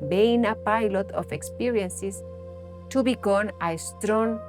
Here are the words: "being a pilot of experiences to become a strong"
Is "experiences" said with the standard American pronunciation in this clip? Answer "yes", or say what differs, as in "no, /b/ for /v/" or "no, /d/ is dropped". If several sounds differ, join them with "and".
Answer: no, /s/ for /z/